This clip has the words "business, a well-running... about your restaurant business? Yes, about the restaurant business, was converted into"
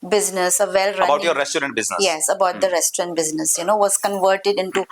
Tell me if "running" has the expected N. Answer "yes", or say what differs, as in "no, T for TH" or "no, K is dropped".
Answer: no, N is dropped